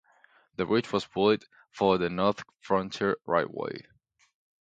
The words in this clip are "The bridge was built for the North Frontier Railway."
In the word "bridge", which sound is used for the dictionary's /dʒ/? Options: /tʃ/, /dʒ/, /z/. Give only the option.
/tʃ/